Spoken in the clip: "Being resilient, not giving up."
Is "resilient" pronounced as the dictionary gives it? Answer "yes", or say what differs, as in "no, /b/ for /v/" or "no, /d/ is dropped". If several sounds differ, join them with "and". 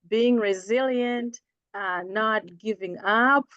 yes